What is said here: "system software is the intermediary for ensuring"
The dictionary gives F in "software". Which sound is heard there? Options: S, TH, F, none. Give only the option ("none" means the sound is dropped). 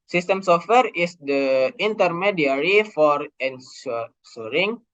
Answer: F